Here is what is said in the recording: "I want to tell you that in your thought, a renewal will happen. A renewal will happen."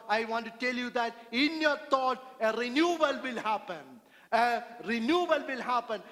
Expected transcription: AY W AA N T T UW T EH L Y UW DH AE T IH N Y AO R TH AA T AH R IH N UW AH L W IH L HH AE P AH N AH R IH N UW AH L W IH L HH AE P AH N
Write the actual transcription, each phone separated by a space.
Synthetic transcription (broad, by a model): AY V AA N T T UW T EH L Y UW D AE T IH N Y AO R T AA T AH R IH N UW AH L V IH L HH AE P AH N AH R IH N UW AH L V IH L HH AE P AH N